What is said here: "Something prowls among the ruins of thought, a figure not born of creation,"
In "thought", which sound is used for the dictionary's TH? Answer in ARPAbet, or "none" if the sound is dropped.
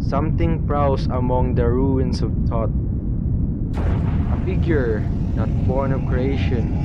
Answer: T